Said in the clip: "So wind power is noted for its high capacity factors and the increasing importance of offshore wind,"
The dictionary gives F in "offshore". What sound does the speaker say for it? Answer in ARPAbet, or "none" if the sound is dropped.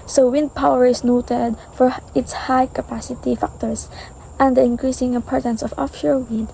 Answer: F